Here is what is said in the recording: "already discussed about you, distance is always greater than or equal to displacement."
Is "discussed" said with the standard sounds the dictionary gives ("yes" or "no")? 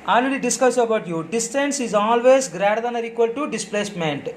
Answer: no